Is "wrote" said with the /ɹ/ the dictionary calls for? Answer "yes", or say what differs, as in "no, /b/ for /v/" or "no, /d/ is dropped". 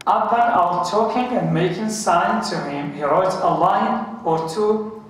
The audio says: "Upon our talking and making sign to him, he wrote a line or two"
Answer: yes